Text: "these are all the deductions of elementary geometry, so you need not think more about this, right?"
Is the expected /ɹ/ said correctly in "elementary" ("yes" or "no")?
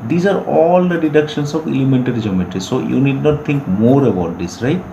no